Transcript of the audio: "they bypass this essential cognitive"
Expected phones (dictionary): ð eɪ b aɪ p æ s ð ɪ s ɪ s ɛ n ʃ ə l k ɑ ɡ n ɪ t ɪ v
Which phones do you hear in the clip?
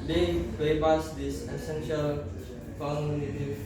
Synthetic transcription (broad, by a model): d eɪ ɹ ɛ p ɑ s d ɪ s ɪ s ɛ n ʃ ə l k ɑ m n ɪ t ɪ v